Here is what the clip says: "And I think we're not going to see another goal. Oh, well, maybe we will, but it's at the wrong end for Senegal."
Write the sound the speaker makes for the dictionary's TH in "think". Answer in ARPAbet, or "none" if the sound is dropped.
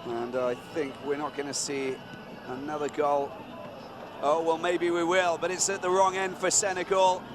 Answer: TH